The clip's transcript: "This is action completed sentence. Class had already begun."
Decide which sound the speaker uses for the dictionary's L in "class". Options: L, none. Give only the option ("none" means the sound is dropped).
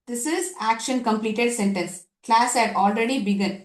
L